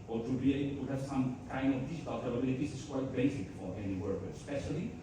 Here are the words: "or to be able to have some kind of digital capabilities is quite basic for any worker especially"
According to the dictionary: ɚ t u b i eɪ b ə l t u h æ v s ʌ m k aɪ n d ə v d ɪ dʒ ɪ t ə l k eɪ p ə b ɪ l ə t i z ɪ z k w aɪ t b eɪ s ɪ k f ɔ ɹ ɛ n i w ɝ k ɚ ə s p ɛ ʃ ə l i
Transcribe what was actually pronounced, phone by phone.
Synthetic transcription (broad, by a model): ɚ t u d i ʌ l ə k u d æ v s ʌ m k aɪ n d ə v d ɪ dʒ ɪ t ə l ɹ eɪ b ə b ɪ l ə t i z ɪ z k w aɪ t b eɪ s ɪ k f ɔ ɹ ɛ n i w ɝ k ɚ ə s p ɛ ʃ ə l i